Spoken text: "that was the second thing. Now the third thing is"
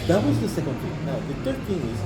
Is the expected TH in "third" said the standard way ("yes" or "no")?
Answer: no